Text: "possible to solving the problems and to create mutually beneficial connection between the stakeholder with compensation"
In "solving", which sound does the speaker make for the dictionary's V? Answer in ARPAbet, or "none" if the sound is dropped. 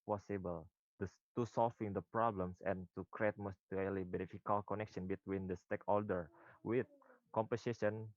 F